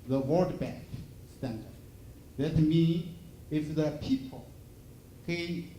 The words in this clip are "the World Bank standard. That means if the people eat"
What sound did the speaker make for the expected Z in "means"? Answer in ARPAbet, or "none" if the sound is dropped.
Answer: none